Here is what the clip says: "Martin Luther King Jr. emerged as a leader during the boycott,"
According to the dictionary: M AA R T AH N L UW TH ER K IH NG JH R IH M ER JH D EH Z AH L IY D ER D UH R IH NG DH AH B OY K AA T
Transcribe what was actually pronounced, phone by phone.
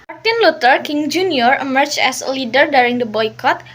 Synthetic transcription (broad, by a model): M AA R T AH N L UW T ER K IH NG JH R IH M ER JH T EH S AH L IY D ER D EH R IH NG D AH B OY K AA T